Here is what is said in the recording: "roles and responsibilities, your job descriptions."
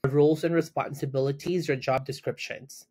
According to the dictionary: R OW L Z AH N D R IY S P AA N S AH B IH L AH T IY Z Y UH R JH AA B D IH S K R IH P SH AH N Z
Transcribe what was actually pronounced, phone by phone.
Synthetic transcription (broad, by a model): R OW L Z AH N R IY S P AA N S AH B IH L AH T IY Z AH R JH AA B D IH S K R IH P SH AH N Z